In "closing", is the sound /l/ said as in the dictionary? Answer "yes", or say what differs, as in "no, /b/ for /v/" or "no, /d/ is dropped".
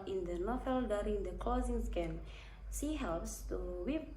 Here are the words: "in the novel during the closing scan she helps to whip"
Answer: yes